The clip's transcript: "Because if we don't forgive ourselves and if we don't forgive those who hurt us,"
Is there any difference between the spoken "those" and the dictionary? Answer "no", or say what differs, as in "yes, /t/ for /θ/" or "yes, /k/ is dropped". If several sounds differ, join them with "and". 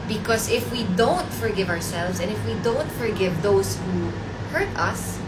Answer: yes, /s/ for /z/